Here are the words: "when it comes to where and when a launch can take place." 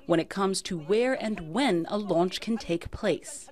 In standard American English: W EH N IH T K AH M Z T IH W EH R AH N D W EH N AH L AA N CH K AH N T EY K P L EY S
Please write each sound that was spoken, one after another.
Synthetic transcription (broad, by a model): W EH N IH T K AH M Z T IH W EH R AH N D W EH N AH L AA N CH K AH N T EY K P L EY S